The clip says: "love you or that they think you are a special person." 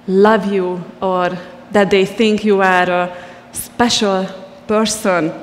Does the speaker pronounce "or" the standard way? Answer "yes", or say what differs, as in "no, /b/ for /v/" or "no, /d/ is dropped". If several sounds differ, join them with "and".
yes